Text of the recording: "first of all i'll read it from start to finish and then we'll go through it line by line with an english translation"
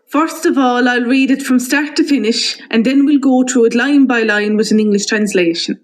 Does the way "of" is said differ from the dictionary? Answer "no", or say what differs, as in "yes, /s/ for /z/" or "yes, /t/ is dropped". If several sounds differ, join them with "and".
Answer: no